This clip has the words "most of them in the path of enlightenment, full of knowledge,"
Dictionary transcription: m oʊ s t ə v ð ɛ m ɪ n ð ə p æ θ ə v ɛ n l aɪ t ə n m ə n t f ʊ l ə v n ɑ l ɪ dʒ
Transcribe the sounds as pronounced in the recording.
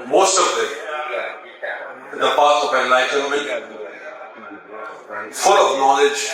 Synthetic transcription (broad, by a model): m oʊ s t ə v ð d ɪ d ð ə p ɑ t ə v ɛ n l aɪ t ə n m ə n f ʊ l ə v n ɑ l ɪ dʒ